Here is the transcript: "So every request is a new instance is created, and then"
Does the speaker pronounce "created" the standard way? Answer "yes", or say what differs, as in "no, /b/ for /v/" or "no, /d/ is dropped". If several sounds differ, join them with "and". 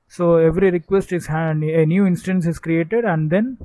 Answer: yes